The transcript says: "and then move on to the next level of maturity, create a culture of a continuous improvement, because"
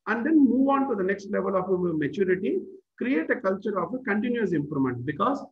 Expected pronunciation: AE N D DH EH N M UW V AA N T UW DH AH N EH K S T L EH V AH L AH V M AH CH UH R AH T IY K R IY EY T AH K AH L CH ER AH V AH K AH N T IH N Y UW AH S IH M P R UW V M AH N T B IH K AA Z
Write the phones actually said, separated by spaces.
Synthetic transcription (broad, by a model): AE N D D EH N M UW V AA N T UW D AH N EH K S T L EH V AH L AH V M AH CH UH R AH T IY K R IY EY T AH K AH L CH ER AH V AH K AH N T IH N Y UW AH S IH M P R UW M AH N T B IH K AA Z